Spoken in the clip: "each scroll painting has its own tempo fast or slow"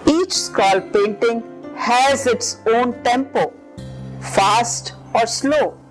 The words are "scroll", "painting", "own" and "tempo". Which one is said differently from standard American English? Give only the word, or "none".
scroll